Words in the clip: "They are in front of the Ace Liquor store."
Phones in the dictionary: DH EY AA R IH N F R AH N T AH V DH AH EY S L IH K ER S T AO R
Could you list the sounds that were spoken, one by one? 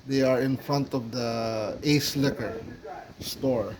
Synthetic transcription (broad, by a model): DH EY AA R IH N F R AH N T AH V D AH EY S L IH K ER S T AO R